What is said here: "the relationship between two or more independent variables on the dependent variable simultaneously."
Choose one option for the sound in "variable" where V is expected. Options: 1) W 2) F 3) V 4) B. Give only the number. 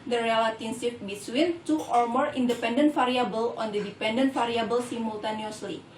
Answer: 2